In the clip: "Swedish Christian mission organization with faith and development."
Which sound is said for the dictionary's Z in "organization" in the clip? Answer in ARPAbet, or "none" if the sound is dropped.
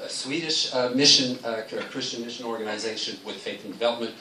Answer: Z